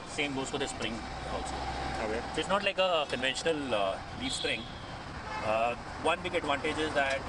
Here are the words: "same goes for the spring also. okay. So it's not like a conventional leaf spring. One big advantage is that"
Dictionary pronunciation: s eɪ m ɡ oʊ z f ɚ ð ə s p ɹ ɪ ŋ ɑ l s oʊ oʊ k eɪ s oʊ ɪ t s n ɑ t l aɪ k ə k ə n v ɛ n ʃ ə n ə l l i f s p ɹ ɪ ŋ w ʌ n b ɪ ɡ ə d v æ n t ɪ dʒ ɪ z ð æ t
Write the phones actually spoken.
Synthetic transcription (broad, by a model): s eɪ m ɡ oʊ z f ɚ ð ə s p ɹ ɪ ŋ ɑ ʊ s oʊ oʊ eɪ s oʊ ɪ t s n ɑ t l aɪ k ə k ə n v ɛ n ʃ ə n ə l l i s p ɹ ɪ ŋ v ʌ n b ɪ ɡ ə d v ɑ n t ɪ dʒ ɪ z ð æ t